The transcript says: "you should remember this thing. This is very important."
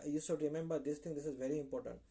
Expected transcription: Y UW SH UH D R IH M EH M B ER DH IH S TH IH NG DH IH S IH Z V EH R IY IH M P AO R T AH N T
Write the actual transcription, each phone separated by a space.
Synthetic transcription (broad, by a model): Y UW S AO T R IH M EH M B ER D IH S T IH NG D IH S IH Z V EH R IY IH M P AO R T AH N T